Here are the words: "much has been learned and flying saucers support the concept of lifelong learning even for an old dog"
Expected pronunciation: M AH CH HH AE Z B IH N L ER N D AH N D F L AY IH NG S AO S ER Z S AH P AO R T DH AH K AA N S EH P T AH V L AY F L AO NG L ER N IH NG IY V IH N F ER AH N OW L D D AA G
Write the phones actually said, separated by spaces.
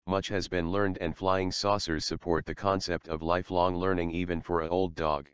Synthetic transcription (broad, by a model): M AH CH HH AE Z B IH N L ER N D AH N F L AY IH NG S AO S ER Z S AH P AO R T DH AH K AA N S EH P T AH V L AY F L AO NG L ER N IH NG IY V IH N F ER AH OW L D D AA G